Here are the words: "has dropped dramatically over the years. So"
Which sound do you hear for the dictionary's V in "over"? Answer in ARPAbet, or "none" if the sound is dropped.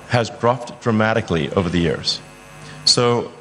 V